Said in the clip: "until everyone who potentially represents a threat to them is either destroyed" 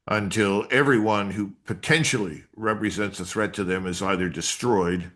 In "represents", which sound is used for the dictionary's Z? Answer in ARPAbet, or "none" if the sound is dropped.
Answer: Z